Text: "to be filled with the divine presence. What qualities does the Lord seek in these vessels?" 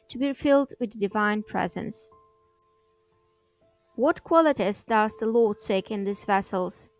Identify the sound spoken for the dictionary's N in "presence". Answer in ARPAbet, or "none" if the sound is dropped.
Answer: N